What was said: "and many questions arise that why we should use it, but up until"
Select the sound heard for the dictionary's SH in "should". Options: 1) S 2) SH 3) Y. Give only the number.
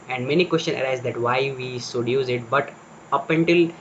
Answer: 1